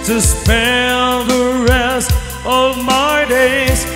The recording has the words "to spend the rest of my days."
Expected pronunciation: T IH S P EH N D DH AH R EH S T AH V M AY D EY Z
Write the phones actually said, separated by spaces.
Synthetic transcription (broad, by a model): T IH S P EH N DH AH R EH S T AH V M AY D EY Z